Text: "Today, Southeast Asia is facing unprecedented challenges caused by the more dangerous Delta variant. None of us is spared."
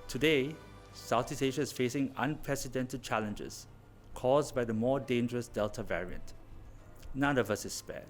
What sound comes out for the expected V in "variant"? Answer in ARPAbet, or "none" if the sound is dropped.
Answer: V